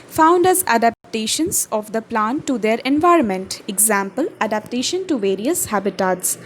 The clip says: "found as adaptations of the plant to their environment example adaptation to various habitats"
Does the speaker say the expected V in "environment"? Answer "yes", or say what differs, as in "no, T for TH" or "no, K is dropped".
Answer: yes